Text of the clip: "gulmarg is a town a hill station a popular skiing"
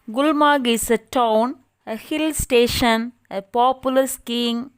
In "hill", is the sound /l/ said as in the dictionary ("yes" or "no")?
yes